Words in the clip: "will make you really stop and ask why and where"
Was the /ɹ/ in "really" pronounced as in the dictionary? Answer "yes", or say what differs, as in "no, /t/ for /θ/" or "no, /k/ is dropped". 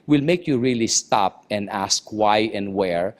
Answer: yes